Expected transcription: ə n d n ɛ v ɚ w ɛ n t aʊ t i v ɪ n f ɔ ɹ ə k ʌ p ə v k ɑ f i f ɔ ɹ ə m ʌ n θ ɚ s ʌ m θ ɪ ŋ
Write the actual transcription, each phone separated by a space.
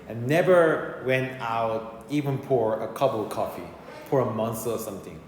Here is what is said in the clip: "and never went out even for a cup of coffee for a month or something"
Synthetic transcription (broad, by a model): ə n n ɛ v ɚ w ɛ n t aʊ t i v ɪ n p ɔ ɹ ə k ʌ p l k ɑ f i p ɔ ɹ ə m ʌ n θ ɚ s ʌ m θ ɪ ŋ